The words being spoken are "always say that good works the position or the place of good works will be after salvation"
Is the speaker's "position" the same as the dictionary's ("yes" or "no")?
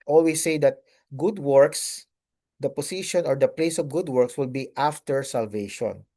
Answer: no